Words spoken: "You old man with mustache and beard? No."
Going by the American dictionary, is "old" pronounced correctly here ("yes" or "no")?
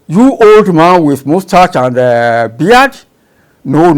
yes